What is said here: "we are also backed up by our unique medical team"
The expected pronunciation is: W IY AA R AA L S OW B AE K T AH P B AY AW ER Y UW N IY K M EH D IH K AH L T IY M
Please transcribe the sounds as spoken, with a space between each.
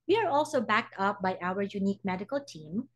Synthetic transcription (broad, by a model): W IY AA R AA L S OW B AE K T AH P B AY AW ER Y UW N IY K M EH D IH K AH L T IY M